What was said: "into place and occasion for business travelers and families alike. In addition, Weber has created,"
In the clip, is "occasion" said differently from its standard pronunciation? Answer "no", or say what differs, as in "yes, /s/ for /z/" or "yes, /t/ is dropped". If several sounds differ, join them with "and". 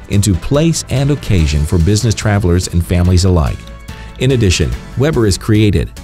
no